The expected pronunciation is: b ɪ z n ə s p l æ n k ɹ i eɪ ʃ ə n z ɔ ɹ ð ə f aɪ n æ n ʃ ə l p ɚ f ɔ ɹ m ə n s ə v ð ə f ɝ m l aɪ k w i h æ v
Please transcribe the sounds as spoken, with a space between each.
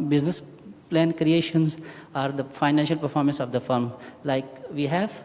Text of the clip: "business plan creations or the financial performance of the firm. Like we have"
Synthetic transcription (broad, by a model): b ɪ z n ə s p l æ n k ɹ i eɪ ʃ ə n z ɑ ɹ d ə f aɪ n æ n ʃ ə l p ɚ f ɔ ɹ m ə n s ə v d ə f ɝ m l aɪ k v i h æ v